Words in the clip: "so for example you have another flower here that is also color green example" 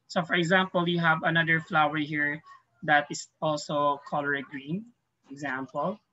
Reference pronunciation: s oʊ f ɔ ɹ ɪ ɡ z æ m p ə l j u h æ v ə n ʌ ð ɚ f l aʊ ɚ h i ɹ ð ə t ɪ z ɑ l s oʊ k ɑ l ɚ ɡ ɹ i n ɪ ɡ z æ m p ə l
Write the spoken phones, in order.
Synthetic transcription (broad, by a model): s oʊ f ɔ ɹ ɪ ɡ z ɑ m p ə l j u h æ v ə n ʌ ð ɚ f l aʊ ɚ h i ɹ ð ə t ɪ s ɑ l s oʊ k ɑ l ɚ ɡ ɹ i n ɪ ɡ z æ m p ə l